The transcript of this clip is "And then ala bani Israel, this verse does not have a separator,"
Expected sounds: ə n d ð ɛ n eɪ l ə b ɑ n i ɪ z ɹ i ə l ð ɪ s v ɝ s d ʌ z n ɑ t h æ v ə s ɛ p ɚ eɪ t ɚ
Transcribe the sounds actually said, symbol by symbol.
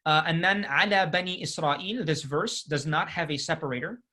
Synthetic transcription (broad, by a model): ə n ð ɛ n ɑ l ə b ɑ n i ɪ s ɹ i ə l ð ɪ s v ɝ s d ʌ z n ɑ t h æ v ə s ɛ p ɚ eɪ t ɚ